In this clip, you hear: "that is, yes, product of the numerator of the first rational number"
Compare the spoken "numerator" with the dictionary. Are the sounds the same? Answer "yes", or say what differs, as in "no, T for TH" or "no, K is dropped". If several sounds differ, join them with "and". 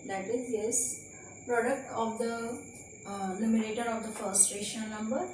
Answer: no, L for N